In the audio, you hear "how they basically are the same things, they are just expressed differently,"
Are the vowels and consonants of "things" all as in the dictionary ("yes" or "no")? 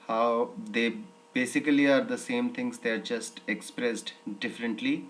no